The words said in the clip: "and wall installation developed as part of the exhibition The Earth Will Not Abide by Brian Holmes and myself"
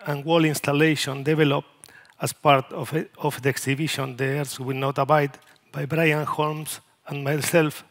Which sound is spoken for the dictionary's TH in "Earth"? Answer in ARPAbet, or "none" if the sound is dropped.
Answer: S